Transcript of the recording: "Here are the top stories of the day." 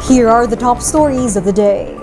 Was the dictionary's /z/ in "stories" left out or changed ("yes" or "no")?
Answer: no